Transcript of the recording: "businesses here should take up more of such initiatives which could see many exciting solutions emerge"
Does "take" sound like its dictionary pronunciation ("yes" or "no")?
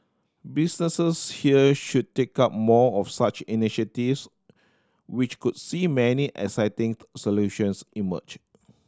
yes